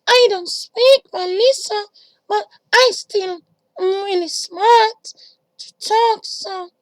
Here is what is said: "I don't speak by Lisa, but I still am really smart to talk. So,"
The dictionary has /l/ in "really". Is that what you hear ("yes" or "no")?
no